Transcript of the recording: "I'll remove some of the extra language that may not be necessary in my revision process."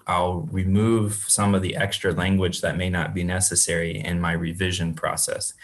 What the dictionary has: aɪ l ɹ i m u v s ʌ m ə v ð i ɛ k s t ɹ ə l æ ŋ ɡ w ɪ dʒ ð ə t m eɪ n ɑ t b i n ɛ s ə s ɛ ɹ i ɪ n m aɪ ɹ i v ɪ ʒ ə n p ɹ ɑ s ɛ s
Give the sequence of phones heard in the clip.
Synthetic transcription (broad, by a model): aɪ l ɹ i m u v s ʌ m ə v ð i ɛ k s t ɹ ə l æ ŋ ɡ w ɪ dʒ ð ə t m eɪ n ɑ t b i n ɛ s ə s ɛ ɹ i ɪ n m aɪ ɹ i v ɪ ʒ ə n p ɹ ɑ s ɛ s